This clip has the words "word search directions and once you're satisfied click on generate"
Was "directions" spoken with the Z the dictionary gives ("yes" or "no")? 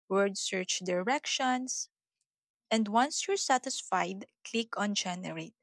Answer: no